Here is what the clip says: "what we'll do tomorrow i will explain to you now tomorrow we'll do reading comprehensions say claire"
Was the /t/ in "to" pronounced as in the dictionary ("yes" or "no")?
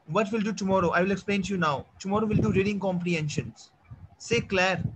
yes